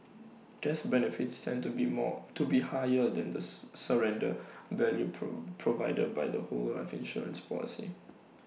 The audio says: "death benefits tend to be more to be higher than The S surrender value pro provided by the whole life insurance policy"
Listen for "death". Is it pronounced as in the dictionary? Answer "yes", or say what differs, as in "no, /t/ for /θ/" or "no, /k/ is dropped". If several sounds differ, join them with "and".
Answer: no, /s/ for /θ/